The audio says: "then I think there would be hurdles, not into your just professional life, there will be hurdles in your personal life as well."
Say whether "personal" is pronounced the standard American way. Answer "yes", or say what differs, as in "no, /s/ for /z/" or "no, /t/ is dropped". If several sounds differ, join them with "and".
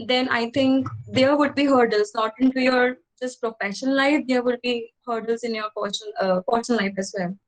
no, /n/ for /l/